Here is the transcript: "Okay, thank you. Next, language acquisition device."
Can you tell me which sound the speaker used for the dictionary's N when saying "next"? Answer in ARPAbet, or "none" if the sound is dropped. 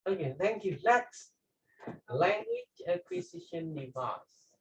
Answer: L